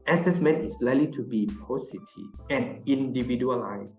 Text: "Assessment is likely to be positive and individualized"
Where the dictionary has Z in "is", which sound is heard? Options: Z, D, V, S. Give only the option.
S